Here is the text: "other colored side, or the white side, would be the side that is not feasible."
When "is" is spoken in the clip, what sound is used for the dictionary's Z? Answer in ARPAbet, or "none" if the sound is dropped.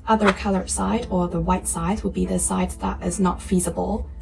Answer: Z